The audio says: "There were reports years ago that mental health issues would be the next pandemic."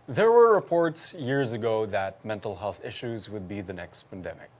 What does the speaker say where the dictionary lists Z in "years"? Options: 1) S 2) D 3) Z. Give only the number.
3